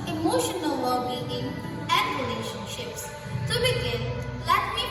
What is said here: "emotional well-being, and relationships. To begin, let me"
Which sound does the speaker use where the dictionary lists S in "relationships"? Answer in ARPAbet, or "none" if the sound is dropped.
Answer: S